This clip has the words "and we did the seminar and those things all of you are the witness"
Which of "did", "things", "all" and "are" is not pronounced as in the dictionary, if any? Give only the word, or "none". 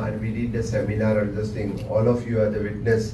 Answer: things